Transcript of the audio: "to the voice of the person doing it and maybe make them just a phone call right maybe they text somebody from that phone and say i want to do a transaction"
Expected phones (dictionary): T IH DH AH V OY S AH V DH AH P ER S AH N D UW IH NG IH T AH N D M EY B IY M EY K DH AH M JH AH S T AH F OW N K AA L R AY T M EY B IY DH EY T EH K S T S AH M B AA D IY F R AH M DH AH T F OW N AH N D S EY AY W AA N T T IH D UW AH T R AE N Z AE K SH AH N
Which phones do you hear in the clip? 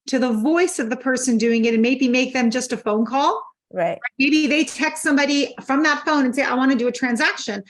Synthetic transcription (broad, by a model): T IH DH AH V OY S AH V DH AH P ER S AH N D UW IH NG IH T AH N M EY B IY M EY K DH AH M JH AH S T AH F OW N K AA L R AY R M EY B IY DH EY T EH K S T S AH M B AA D IY F R AH M DH AH T F OW N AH N S EY AY W AA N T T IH D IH AH T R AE N Z AE K SH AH N